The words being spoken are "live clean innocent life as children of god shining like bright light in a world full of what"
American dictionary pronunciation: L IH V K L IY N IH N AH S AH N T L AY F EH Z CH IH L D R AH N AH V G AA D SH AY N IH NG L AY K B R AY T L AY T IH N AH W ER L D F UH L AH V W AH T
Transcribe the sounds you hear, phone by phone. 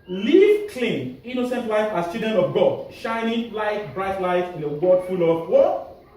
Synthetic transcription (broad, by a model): L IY K L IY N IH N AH S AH N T L AY F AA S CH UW D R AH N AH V G AA D SH AY N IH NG L AY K B R AY T L AY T IH N AH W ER D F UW L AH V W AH